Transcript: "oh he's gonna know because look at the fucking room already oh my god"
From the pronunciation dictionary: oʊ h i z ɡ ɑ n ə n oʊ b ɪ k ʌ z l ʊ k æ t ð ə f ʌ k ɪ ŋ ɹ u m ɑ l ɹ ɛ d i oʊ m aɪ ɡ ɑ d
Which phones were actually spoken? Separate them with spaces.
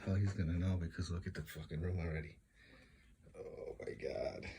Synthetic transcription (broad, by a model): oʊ h i z ɡ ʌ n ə n oʊ b ɪ k ʌ z w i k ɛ t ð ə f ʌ k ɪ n ɹ u m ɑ l ɹ ɛ d i oʊ m aɪ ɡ ɑ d